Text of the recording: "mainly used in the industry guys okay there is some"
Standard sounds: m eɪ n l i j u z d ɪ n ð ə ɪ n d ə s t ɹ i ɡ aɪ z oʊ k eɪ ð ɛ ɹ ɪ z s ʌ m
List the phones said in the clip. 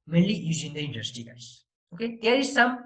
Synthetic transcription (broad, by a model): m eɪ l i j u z ɪ n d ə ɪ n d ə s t i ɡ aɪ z oʊ k eɪ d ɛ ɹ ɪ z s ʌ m